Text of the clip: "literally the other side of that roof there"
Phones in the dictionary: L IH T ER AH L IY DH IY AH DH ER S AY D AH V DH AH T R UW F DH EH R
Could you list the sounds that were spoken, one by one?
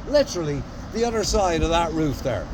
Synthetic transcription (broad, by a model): L IH T ER L IY DH IY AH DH ER S AY D AH V DH AH T R UW F DH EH R